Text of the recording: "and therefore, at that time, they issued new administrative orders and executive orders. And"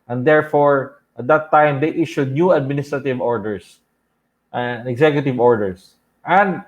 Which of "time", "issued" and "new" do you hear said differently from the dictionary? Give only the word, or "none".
none